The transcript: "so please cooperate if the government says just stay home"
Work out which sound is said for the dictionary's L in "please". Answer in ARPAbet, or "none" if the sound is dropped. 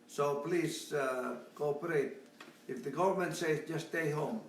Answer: L